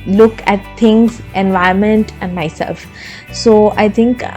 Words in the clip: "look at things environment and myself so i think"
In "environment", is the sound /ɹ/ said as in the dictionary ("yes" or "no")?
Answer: no